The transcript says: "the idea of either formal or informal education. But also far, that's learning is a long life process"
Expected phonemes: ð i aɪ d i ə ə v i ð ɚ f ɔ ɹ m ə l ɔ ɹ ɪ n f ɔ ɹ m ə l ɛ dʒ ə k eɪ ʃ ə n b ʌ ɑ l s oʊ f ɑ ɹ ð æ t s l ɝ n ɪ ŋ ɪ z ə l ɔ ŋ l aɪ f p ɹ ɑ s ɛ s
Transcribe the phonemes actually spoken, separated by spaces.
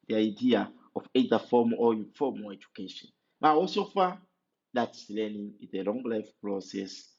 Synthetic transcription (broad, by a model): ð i aɪ d i ə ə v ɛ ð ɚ f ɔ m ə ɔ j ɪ f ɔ m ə ɛ dʒ ə k eɪ ʃ ə n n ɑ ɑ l s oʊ f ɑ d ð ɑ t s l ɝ n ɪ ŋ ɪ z ə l ɔ ŋ l aɪ f p ɹ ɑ s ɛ s